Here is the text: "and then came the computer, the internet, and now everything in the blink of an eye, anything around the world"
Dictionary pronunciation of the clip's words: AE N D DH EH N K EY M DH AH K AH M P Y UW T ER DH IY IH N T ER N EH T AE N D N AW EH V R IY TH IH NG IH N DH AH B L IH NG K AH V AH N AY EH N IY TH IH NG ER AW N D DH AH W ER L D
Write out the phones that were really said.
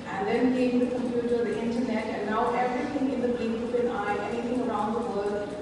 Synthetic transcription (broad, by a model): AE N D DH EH N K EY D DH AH K AH M P Y UW T ER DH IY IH N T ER N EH T AE N D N AW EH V R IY T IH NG IH N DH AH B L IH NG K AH P AH N AY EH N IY T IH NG ER AW N D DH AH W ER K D